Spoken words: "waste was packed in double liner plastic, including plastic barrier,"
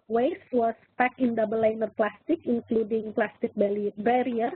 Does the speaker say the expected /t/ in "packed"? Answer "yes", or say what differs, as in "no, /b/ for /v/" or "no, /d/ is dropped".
no, /t/ is dropped